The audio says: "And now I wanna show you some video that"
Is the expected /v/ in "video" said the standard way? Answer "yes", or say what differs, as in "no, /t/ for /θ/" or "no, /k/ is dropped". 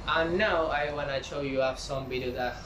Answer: no, /b/ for /v/